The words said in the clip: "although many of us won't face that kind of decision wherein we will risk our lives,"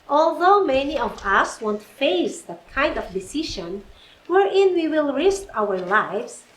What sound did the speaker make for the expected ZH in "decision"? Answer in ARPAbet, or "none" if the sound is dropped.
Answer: SH